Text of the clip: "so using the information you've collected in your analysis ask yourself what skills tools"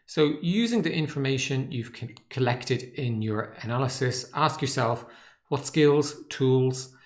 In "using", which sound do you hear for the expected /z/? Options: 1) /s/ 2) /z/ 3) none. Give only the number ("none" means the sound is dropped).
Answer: 2